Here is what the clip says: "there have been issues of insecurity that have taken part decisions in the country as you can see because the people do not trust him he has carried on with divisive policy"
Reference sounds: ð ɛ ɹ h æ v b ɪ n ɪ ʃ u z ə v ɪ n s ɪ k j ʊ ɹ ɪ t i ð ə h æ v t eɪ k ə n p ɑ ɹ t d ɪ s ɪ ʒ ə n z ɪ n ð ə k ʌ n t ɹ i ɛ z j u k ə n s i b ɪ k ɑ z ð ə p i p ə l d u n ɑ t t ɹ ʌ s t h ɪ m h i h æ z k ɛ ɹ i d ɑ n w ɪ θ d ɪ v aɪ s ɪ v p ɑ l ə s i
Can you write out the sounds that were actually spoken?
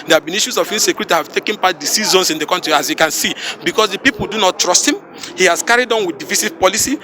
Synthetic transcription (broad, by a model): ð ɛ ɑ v b ɪ n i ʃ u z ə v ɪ s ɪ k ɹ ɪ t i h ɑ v t eɪ k ə n p ɑ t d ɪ s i z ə n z ɪ n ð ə k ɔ n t ɹ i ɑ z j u k ə n s i b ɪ k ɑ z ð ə p i p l d u n ɑ t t ɹ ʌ s t h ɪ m h i h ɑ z k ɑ ɹ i d ɑ n w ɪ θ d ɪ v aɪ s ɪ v p ɑ l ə s i